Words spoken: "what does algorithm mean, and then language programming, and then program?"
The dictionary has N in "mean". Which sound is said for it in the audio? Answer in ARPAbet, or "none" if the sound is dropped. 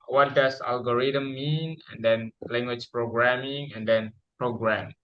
N